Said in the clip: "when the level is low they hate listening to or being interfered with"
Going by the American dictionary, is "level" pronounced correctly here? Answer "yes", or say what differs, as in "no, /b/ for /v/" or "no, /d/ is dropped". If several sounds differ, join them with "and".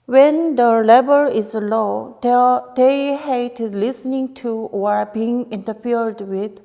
no, /b/ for /v/